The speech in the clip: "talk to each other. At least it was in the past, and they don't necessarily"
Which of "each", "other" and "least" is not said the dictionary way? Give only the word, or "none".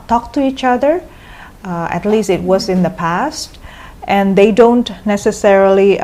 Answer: none